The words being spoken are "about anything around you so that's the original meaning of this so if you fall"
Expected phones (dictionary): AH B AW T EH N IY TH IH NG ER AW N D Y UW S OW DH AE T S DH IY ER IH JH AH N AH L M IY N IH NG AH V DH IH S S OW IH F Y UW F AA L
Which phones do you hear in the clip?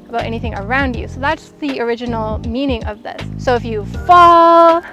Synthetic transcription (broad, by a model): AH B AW T EH N IY TH IH NG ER AW N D Y UW S OW DH AE T S DH IY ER IH JH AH N L M IY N IH NG AH V DH IH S S OW IH F Y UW F AA L